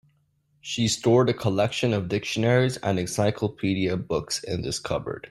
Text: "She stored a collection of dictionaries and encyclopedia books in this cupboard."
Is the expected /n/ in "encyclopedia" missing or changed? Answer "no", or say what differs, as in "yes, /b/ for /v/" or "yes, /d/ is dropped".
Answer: yes, /n/ is dropped